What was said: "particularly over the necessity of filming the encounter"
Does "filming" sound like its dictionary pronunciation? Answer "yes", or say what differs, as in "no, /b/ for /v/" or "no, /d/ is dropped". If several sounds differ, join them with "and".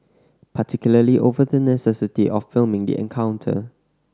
yes